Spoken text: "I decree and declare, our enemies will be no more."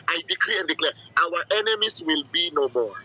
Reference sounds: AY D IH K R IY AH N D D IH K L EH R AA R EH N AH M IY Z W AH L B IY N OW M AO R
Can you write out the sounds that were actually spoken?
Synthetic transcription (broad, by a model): AY D IH K R IY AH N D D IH K L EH W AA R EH N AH M IY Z W AH L B IY N OW M AO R